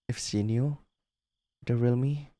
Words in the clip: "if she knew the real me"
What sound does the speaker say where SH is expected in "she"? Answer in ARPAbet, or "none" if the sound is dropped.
S